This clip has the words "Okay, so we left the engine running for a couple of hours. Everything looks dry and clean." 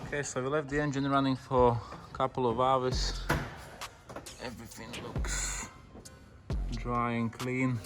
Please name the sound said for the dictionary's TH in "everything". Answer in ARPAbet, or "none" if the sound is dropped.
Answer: TH